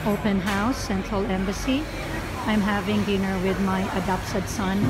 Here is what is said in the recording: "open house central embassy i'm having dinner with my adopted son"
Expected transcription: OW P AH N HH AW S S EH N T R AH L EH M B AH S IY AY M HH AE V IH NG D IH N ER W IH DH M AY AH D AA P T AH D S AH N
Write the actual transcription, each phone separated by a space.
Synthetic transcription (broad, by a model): OW P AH N HH AW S S EH N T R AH L EH M B AH S IY AY M HH AE V IH NG D IH N ER W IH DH M AY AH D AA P S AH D S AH N